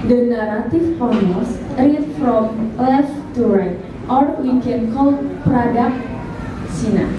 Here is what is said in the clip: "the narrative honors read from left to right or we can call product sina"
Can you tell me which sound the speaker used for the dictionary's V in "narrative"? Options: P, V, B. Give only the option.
P